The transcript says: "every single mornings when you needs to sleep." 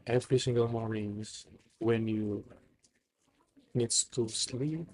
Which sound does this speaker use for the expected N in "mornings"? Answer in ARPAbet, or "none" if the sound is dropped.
none